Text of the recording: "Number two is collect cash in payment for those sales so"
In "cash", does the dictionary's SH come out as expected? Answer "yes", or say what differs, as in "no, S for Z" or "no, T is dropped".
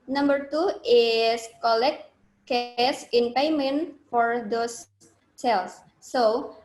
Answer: no, S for SH